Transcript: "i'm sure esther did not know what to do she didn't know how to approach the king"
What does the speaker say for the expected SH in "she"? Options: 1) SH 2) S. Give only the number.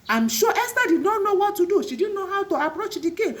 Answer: 1